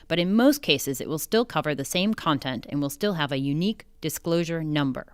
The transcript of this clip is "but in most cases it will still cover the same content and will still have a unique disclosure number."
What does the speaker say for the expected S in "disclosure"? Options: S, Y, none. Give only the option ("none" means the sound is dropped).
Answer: S